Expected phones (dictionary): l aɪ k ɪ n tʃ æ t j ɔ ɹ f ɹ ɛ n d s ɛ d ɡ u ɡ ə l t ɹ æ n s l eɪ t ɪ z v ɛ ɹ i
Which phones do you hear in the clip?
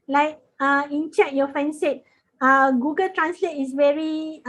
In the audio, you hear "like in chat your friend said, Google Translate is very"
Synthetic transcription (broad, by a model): l aɪ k ɪ n tʃ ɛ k j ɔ f ɛ n s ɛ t ɡ u ɡ ə l t ɹ æ n s l eɪ t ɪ s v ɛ ɹ i